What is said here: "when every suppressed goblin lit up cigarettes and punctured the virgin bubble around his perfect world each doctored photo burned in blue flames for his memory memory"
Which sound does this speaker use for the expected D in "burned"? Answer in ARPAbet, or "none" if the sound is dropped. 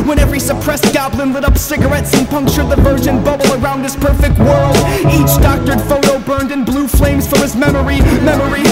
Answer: D